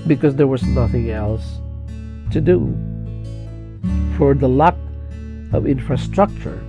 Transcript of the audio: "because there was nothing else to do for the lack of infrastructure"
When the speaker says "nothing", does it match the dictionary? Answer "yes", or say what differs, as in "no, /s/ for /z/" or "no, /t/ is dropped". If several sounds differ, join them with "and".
yes